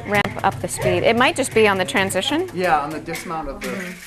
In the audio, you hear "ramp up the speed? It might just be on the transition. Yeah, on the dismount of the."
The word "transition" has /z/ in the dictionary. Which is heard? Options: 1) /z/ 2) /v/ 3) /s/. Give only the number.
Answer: 1